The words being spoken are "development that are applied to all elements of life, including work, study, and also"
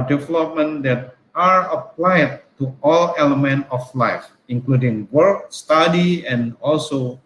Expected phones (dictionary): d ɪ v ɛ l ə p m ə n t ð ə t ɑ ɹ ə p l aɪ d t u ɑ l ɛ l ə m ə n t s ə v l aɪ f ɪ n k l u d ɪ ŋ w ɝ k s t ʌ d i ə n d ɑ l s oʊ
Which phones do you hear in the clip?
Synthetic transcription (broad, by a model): d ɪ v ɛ l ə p m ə n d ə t ɑ ɹ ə p l aɪ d t u ɑ l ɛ l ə m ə n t ə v l aɪ f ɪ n k l u d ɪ ŋ w ɝ k s t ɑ d i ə n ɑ l s oʊ